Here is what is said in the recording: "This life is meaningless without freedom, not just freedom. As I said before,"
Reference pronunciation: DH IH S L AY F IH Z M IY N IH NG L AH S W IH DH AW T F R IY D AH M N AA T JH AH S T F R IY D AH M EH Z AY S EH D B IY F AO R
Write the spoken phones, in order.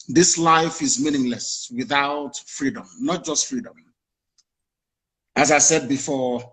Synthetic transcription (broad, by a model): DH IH S L AY F IH Z M IY N IH NG L AH S W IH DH AW T F R IY D AH M N AA T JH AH S T F R IY D AH M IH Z AY S EH D B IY F AO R